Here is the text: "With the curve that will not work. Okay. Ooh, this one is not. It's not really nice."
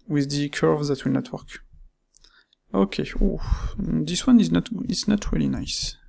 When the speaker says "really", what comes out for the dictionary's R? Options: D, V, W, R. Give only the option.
R